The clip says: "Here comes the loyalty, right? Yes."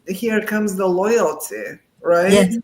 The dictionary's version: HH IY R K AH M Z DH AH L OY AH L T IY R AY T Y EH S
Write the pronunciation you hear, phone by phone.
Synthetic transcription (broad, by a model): HH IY R K AH M Z DH AH L OY AH L T IY R AY T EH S